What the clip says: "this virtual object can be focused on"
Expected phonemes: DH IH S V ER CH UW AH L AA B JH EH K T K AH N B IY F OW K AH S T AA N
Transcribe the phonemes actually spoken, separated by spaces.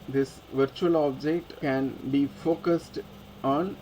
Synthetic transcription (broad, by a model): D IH S V ER CH UW AH L AA B JH EH K T K AH N B IY F OW K AH S T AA N